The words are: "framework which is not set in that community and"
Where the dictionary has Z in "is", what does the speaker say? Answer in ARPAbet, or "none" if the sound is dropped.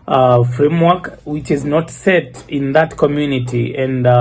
Z